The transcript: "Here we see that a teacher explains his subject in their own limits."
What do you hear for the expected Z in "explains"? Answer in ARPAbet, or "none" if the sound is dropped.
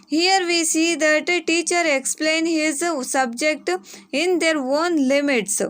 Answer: none